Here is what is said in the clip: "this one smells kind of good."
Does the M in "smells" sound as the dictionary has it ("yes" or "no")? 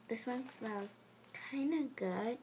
no